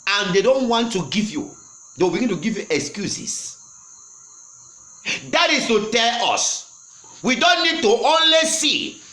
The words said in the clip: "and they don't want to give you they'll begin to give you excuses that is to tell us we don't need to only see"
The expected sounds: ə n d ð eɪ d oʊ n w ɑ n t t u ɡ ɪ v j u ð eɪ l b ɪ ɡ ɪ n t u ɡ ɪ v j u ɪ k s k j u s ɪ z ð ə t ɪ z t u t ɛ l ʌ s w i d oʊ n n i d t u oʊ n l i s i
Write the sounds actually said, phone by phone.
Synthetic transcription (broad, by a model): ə n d eɪ d oʊ n w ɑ n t t u ɡ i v j u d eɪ w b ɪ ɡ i n t u ɡ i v j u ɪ k s k j u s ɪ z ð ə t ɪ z t u t ɛ l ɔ s w i d oʊ n n i d t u oʊ n l i s i